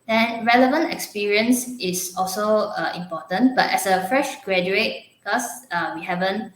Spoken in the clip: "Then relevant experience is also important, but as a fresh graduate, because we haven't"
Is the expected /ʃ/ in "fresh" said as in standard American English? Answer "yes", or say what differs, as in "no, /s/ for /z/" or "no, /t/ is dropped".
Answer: yes